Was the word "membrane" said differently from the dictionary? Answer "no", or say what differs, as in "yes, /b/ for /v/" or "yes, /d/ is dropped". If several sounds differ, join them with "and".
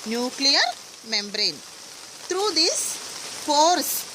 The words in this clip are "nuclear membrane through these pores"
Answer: no